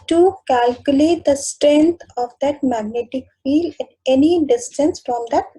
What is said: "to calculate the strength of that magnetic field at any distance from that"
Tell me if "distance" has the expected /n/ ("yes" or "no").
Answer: yes